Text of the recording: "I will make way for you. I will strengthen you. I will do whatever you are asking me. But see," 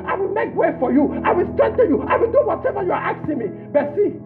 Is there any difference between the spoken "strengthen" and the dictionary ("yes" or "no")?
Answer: yes